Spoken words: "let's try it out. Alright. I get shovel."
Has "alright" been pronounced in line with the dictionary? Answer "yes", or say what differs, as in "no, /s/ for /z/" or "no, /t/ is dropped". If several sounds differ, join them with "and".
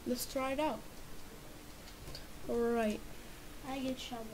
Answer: yes